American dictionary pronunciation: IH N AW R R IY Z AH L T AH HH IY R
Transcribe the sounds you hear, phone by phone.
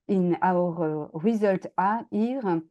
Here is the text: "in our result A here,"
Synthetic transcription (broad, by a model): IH N AW R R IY Z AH L T AH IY R